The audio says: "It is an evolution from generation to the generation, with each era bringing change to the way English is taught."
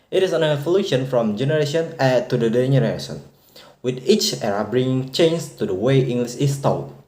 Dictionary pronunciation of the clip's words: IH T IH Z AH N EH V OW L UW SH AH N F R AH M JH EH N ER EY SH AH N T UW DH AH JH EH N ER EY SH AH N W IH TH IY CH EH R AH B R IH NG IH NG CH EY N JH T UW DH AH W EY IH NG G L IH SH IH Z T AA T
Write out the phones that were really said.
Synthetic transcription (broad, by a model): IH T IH S AH N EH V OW L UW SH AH N F R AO M JH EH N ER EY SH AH N T UW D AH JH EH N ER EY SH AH N W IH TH IY CH EH R AH B R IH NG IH NG CH EY N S T UW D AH W EY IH NG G L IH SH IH S T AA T